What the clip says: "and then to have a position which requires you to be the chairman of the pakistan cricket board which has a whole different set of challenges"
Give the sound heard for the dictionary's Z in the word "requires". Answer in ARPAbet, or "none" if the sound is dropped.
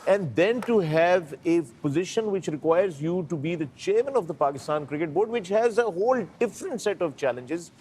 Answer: Z